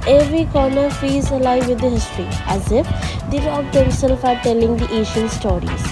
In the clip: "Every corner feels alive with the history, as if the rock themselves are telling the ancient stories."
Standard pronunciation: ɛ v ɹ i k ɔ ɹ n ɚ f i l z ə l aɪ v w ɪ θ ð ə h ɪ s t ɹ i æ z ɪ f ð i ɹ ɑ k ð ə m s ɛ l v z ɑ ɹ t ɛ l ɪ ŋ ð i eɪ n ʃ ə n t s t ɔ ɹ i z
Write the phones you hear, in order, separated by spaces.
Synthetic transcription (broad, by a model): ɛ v ɹ i k ɔ ɹ n ɚ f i z ə l aɪ v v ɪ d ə h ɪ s t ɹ i æ z ɪ f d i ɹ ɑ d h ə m s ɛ l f ɑ ɹ t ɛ l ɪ ŋ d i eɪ ʃ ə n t s t ɔ ɹ i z